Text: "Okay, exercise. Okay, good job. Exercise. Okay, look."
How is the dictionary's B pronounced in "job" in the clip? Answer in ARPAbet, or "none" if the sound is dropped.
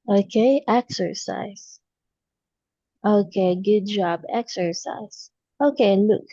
B